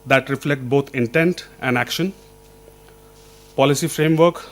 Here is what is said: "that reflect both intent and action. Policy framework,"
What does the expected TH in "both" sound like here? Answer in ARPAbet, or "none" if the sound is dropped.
T